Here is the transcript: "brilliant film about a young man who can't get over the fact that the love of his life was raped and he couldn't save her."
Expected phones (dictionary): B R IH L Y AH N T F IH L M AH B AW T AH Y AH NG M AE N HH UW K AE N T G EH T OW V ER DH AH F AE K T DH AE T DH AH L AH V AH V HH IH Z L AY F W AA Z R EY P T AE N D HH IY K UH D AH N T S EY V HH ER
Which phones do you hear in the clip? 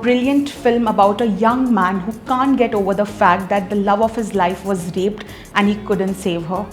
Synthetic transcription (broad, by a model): B R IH L Y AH N T F IH L M AH B AW T AH Y AH NG M AE N HH UW K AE N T G EH T OW V ER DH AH F AE K T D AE T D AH L AH V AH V HH IH Z L AY F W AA Z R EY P T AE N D HH IY K UH D AH N T S EY V HH ER